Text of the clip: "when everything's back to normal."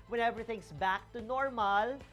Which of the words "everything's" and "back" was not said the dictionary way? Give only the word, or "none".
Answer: everything's